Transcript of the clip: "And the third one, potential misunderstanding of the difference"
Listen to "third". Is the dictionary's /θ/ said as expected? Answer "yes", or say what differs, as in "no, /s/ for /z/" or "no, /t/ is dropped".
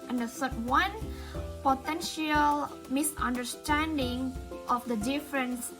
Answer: no, /s/ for /θ/